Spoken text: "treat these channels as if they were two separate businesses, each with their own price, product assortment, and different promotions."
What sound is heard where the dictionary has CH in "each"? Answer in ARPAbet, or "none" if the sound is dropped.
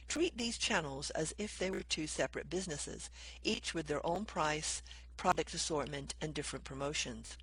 CH